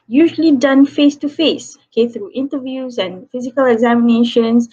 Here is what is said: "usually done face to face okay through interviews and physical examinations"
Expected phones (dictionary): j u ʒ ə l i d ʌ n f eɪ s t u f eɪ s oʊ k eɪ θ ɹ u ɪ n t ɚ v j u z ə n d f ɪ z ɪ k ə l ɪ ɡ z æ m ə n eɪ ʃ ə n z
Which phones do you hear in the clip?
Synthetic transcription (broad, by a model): j u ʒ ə l i d ʌ n f eɪ s t u f eɪ s oʊ k eɪ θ ɹ u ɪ n t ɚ v j u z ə n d f ɪ z ɪ k ə l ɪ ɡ z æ m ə n eɪ ʃ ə n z